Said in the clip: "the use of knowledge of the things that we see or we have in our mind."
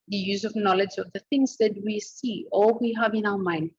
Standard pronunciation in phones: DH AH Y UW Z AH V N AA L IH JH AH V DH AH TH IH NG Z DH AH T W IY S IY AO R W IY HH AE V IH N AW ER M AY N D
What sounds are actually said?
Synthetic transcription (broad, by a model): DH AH Y UW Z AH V N AA L IH JH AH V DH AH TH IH NG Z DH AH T W IY S IY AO L W IY HH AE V IH N AW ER M AY N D